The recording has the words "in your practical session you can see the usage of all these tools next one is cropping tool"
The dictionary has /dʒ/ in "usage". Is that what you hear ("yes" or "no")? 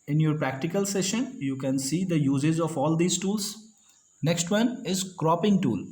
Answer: no